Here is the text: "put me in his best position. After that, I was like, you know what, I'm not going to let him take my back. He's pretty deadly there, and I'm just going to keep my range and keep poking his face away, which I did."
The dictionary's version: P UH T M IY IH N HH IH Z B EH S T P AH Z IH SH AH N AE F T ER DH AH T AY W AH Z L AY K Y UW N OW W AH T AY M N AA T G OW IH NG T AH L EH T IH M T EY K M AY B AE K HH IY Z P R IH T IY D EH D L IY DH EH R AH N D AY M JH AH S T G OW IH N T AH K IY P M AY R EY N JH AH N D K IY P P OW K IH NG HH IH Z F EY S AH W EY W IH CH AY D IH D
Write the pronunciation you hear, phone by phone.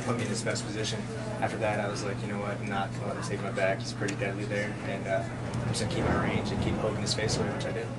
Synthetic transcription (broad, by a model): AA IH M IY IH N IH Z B EH S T P AH Z IH SH AH N AE F T ER DH AH T AY W AH Z L AY K Y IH N OW W AH T N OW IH T AH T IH T EY K M AY B AE K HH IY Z P R IH T IY D EH D L IY DH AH R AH N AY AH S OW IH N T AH K IY P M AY R EY N JH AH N K IY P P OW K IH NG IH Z F EY S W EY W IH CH AY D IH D